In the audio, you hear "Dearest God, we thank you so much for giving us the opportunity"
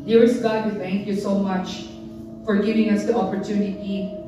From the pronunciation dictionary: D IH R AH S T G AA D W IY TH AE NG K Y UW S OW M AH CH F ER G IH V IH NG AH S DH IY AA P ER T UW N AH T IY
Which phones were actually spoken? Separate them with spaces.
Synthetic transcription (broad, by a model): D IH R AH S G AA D W IY TH AE NG K Y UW S OW M AH CH F ER G IH V IH NG AH S DH IY AA P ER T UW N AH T IY